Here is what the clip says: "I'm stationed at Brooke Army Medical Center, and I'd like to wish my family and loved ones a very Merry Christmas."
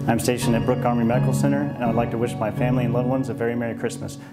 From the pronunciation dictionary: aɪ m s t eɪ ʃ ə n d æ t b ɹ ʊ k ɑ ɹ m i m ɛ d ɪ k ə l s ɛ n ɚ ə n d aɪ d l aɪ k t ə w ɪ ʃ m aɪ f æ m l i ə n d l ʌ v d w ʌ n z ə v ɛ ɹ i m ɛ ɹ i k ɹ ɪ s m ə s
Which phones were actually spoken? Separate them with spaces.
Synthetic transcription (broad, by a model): aɪ m s t eɪ ʃ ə n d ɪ t b ɹ ʊ k ɑ ɹ m i m ɛ d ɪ k l s ɛ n ɚ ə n aɪ d l aɪ k t ə w ɪ ʃ m aɪ f æ m l i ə n l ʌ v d w ʌ n z ə v ɛ ɹ i m ɛ ɹ i k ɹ ɪ s m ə s